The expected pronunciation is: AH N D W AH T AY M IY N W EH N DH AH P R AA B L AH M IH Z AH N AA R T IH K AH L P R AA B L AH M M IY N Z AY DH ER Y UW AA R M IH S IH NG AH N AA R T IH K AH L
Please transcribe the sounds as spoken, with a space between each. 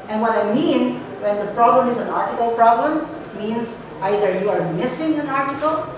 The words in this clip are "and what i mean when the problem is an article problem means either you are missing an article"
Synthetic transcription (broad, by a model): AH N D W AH T AY M IY N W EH N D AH P R AA B L AH M IH Z AH N AA R T IH K AH L P R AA B L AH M M IY N Z AY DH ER Y UW AA R M IH S IH NG AH N AA R T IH K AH L